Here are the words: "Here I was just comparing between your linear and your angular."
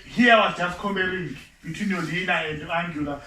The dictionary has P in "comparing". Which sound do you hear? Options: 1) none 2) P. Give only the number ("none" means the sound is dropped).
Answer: 1